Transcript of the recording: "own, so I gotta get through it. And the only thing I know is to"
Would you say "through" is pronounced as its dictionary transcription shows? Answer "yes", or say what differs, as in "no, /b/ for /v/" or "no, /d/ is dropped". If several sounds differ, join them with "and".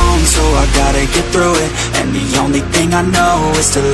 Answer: yes